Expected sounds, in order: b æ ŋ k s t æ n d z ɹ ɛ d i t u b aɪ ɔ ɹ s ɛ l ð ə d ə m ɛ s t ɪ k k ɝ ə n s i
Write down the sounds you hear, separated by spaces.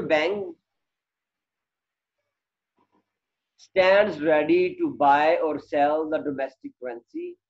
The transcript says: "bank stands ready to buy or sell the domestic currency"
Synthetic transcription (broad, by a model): b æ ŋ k s t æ n d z ɹ ɛ d i t u b aɪ ɔ ɹ s ɛ l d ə d ə m ɛ s t ɪ k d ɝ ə n s i